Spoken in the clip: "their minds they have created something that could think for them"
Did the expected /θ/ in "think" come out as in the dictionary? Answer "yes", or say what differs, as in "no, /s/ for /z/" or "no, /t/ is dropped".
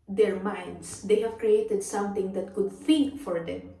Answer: no, /f/ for /θ/